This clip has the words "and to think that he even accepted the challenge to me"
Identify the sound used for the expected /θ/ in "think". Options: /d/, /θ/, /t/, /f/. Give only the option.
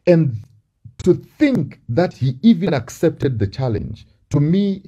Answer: /θ/